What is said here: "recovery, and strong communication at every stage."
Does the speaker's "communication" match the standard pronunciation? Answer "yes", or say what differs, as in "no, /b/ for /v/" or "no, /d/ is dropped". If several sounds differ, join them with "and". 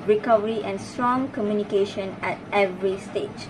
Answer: yes